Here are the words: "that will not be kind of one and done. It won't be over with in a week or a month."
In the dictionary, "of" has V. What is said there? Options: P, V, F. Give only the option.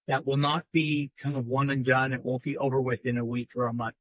V